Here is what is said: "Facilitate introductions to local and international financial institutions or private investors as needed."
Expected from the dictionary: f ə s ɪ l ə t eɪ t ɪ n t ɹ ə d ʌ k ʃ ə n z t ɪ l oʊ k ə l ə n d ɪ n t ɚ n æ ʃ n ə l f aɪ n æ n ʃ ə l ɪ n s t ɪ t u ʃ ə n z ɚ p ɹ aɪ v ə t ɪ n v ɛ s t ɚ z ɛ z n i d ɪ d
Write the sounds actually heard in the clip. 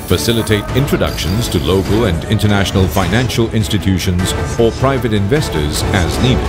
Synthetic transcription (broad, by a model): f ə s ɪ l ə t eɪ t ɪ n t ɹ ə d ʌ k ʃ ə n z t ɪ l oʊ k ə l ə n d ɪ n t ɚ n æ ʃ n ə l f aɪ n æ n ʃ ə l ɪ n s t ɪ t u ʃ ə n z ɚ p ɹ aɪ v ə t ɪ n v ɛ s t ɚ z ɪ z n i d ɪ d